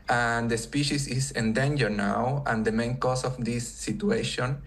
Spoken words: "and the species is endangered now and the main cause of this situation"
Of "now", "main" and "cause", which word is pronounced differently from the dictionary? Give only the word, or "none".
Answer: cause